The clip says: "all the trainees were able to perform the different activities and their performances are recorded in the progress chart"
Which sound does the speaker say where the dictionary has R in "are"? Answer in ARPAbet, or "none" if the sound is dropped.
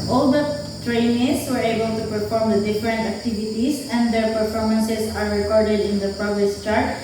R